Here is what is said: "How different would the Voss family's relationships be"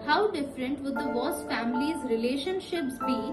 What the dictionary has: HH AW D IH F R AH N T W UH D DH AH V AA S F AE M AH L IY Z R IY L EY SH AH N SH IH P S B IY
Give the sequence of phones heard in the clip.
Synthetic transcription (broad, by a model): HH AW D IH F R AH N T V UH D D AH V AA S F AE M AH L IY Z R IY L EY SH AH N SH IH P S B IY